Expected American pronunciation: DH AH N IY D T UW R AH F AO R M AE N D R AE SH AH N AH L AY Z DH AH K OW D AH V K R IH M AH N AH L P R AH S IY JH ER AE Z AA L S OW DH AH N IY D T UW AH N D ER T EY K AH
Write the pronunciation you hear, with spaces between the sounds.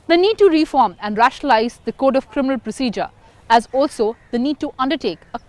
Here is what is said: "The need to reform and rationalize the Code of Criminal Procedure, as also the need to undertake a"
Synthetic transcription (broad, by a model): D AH N IY D T UW R AH F AO R M AE N D R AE SH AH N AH L AY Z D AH K OW D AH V K R IH M AH N AH L P R AH S IY JH ER AE Z AA L S OW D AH N IY D T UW AH N D ER T EY K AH